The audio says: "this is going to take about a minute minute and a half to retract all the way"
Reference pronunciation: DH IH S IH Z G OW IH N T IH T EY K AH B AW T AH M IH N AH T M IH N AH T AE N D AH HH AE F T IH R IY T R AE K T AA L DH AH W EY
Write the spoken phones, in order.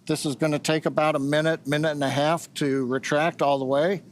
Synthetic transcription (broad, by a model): DH IH S IH Z G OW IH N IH T EY K AH B AW T AH M IH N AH T M IH N AH T N AH HH AE F T IH R IY T R AE K T AA L DH AH W EY